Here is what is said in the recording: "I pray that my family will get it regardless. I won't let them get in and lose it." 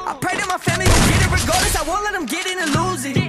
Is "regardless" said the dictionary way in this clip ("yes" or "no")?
no